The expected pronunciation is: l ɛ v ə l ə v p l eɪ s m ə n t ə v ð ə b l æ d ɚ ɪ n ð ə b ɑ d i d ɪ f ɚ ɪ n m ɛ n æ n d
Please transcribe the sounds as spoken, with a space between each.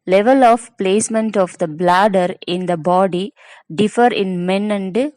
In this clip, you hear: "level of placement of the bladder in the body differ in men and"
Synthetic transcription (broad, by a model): l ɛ v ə l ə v p l eɪ s m ə n t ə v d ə b l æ d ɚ ɪ n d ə b ɑ d i d ɪ f ɚ ɪ n m ɛ n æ n d